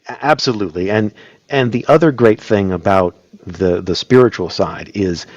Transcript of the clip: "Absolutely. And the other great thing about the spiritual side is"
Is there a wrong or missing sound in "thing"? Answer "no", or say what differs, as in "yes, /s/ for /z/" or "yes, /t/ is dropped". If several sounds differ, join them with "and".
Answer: no